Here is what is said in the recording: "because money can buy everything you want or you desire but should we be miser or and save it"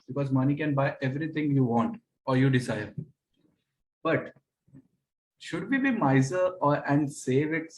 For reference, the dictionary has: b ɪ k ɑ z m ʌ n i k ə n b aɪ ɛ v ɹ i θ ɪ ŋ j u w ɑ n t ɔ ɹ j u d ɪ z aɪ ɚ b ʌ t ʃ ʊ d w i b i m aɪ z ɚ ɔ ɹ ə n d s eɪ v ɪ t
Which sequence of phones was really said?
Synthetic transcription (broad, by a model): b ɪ k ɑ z m ʌ n i k ə n b aɪ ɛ v ɹ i t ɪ ŋ j u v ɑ n t ɔ ɹ j u d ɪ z aɪ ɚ b ʌ t ʃ ʊ d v i b i m aɪ z ɚ ɔ ɹ ə n d s eɪ v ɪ t